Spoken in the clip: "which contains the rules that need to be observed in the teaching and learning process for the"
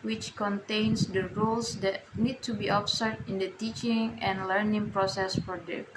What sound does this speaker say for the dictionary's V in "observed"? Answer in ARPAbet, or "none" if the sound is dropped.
none